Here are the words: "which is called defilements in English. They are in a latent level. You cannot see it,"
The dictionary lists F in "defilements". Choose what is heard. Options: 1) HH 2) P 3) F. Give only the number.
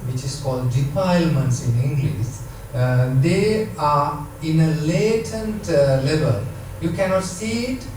2